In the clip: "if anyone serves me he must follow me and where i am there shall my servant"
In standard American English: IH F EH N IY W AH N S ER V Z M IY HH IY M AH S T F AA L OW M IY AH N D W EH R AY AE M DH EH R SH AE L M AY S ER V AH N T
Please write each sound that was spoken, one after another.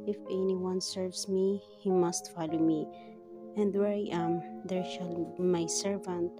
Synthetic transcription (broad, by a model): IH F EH N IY W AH N S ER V S M IY HH IY M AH S T F AA L OW M IY AH N D W EH R AY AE M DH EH R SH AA L M AY S ER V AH N T